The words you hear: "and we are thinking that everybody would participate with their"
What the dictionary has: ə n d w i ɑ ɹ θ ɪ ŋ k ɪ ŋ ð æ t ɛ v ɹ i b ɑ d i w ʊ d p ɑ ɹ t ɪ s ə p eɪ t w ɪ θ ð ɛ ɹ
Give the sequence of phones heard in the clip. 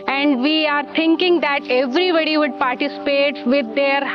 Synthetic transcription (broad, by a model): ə n d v i ɑ ɹ t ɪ ŋ k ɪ ŋ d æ t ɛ v ɹ i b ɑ d i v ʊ d p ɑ ɹ t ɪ s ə p eɪ t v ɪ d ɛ ɹ